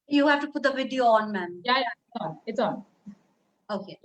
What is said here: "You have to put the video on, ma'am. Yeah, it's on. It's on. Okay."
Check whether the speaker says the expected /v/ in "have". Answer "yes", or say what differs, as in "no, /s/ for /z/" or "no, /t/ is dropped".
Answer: no, /f/ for /v/